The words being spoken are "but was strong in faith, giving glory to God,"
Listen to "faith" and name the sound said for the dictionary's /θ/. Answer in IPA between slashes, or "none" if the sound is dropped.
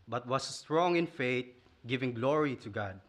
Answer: /t/